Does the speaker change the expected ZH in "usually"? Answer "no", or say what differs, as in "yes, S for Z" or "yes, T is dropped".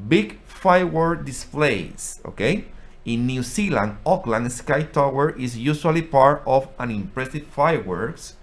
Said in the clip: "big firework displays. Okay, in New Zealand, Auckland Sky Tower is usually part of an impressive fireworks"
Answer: yes, S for ZH